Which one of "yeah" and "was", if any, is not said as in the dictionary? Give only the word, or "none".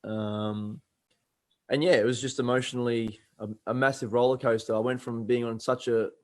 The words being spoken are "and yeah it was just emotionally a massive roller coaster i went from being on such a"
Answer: none